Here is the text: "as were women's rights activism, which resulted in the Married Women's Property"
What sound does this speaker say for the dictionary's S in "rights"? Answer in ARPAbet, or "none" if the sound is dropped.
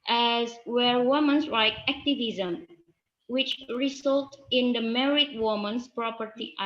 none